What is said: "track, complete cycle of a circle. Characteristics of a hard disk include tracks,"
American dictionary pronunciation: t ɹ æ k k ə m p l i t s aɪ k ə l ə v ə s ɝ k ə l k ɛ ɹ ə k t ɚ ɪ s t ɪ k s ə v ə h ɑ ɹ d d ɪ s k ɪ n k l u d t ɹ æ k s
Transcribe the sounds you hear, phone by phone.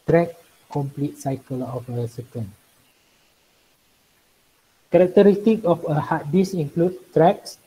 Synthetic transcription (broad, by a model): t ɹ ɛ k k ə m p l i t s aɪ k ə l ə f ə s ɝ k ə n k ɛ ɹ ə k t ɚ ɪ s t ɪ k ə f ə h ɑ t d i s ɪ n k l u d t ɹ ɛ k s